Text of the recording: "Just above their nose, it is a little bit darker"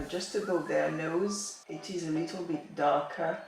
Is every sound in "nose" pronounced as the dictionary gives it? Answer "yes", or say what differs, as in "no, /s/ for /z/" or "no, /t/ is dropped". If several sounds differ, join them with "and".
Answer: yes